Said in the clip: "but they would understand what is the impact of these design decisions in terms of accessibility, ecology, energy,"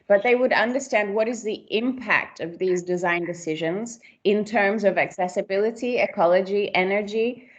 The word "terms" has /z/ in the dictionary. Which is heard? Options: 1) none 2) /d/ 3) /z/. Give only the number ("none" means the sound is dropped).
3